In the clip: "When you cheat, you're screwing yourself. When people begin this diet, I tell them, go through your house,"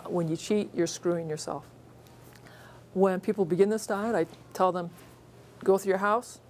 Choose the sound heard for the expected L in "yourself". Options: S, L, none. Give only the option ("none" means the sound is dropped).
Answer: L